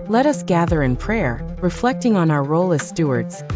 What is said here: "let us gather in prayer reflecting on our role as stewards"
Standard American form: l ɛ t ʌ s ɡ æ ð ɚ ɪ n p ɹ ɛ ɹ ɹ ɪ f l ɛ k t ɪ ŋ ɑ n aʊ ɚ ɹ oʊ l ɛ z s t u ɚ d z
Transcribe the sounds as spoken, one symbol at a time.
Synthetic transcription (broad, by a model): l ɛ t ʌ s ɡ æ ð ɚ ɪ n p ɹ ɛ ɹ ɹ ɪ f l ɛ k t ɪ ŋ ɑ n aʊ ɚ ɹ oʊ l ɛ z s t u ɚ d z